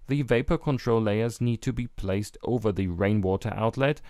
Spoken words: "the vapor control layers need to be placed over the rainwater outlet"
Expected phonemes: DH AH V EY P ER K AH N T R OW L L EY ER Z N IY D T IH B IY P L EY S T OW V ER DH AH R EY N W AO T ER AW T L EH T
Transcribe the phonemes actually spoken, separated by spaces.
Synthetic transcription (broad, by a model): DH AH V EY P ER K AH N T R OW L L EY ER Z N IY D T IH B IY P L EY S T OW V ER DH AH R EY N W AO T ER AW T L EH T